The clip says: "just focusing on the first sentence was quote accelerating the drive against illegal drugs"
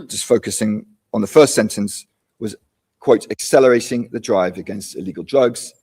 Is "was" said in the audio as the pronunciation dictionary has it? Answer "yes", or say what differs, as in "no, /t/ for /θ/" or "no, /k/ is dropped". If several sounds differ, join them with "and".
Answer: yes